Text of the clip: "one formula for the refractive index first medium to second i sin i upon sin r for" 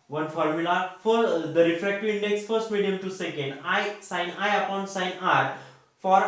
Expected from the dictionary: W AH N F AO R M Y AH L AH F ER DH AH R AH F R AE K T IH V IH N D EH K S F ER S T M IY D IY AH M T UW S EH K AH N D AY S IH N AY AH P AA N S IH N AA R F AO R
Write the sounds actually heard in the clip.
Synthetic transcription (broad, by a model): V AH N F AO R M Y AH L AH F ER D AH R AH F R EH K T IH IH N D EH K S F ER S T M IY D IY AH M T UW S EH K AH N D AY S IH N AY AH P AA N S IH N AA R F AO R